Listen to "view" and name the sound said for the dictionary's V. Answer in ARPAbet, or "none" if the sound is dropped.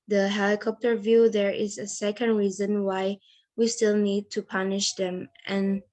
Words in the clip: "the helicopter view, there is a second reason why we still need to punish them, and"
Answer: V